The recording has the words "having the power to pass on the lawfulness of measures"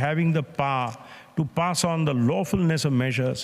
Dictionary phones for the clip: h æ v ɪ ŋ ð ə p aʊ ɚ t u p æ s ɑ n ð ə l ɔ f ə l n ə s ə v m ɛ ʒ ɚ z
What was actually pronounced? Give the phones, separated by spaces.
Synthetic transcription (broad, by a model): h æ v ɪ ŋ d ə p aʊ t u p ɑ s ɑ n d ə l ɔ f ə l n ə s ə v m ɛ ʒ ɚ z